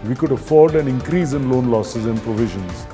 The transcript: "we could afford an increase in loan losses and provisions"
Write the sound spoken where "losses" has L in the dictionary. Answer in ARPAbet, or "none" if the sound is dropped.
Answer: L